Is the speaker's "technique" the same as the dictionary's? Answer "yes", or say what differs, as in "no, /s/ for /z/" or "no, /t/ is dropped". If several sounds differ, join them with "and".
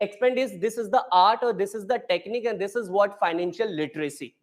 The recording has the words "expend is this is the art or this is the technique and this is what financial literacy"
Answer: yes